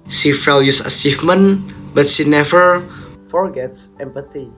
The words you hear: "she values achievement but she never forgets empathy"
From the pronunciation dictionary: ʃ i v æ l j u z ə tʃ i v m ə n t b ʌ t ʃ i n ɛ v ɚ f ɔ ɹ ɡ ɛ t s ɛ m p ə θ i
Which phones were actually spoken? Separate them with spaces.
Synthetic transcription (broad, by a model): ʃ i f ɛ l j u s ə s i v m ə n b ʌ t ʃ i n ɛ v ɚ f ɔ ɹ ɡ ɛ t s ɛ m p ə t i